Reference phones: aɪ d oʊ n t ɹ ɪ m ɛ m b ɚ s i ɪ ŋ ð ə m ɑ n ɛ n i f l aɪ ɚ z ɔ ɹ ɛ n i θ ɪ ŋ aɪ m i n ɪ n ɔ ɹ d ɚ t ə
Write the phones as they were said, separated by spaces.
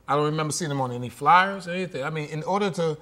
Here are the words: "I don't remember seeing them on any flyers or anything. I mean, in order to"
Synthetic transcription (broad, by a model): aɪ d oʊ n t ɹ ɪ m ɛ m b ɚ s i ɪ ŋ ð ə m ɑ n ɛ n i f l aɪ ɚ z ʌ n ɛ n i θ ɪ ŋ aɪ m i n ɪ n ɔ ɹ d ɚ t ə